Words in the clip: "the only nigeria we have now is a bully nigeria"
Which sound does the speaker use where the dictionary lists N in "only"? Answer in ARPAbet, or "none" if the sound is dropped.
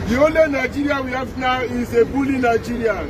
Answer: none